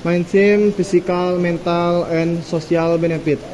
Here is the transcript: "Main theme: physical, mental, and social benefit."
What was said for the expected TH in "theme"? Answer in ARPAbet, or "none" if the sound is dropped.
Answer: S